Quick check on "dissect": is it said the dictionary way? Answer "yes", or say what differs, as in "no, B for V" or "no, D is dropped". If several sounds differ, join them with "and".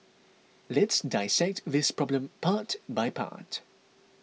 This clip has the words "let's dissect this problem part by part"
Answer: yes